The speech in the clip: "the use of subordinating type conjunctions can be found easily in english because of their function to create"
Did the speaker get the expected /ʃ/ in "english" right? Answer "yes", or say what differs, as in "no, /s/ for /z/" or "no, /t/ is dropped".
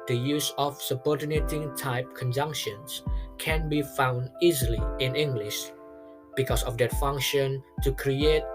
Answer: yes